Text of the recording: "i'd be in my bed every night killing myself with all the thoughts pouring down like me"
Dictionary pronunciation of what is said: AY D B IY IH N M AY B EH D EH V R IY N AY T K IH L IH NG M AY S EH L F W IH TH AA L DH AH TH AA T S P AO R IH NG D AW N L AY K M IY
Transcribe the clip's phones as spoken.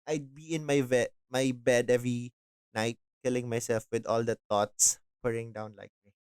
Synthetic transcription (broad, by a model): AY D B IY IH N M AY B EH D EH V R IY N AY T K IH L IH NG M AY S EH L F W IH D AA L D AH T AA T S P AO R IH NG D AW N L AY K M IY